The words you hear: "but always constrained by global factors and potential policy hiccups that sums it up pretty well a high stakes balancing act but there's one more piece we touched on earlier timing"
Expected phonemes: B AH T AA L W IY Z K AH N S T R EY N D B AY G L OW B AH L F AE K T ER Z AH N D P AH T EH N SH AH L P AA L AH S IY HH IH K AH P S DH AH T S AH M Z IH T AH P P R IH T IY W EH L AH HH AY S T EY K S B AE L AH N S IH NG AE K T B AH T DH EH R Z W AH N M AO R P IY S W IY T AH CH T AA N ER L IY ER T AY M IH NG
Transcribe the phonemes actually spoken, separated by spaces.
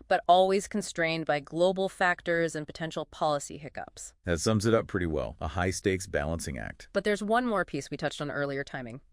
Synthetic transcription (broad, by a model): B AH T AA L W IY Z K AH N S T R EY N B AY G L OW B L F AE K T ER Z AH N P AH T EH N SH L P AA L AH S IY HH IH K AH P S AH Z S AH M Z IH T AH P P R IH T IY W EH L AH HH AY S T EY K S B AE L AH N S IH NG AE K T B AH T DH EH R Z W AH N M AO R P IY S W IY T AH CH T N ER L IY ER T AY M IH NG